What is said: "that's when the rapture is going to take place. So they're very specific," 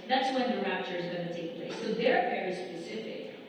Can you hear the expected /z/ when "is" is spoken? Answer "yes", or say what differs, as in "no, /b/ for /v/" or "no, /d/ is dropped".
yes